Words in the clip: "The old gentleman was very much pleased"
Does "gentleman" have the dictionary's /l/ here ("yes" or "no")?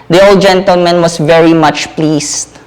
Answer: yes